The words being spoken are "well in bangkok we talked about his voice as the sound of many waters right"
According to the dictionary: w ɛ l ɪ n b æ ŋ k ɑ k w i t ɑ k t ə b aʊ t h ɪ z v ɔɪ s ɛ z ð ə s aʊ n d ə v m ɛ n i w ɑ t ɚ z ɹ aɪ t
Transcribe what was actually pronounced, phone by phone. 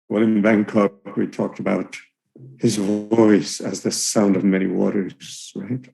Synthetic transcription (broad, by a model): w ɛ l ɪ n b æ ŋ k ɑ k w i t ɑ k t ə b aʊ t h ɪ z v ɔɪ s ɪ z ð ə s aʊ n d ə v m ɛ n i w ɑ t ɚ z ɹ aɪ t